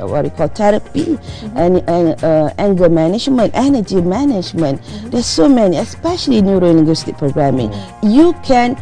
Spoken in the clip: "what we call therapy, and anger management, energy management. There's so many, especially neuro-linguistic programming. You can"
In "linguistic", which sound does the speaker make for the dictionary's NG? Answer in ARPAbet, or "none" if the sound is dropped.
none